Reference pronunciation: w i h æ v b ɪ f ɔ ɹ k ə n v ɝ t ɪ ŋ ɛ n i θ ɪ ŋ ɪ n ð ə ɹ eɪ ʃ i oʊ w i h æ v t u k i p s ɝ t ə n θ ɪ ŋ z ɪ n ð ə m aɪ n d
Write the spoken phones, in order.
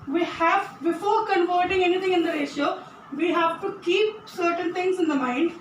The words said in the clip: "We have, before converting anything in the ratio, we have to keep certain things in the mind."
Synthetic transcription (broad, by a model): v i h æ v b ɪ f ɔ ɹ k ə n v ɝ t ɪ ŋ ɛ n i t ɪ ŋ ɪ n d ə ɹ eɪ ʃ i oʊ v i h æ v t u k i p s ɝ t ə n t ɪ ŋ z ɪ n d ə m aɪ n d